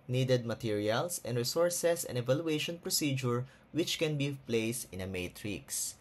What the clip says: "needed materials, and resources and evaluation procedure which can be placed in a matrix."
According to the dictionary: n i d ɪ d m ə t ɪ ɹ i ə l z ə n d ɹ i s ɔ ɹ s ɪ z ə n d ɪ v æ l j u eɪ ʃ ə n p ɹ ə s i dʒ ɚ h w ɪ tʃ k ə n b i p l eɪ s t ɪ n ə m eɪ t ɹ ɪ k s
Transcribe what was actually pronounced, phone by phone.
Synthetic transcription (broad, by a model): n i d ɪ d m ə t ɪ ɹ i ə l s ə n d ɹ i s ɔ ɹ s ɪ s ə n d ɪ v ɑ l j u eɪ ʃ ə n p ɹ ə s i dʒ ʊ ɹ w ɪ tʃ k ə n b i p l eɪ s t ɪ n ə m eɪ t ɹ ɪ k s